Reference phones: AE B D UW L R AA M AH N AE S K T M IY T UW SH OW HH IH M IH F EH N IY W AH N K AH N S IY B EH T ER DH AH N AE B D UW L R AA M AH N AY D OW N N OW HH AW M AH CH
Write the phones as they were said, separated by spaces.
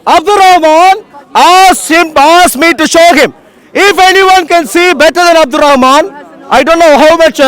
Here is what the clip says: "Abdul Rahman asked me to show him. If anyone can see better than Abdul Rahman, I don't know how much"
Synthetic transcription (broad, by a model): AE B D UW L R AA M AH N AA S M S M IY T UW SH OW HH IH M IH F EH N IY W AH N K AH N S IY B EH T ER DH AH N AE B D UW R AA M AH N AY D OW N N OW HH AW M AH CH